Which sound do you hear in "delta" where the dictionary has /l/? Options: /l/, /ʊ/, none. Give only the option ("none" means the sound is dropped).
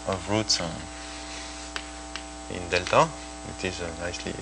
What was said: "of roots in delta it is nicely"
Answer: /l/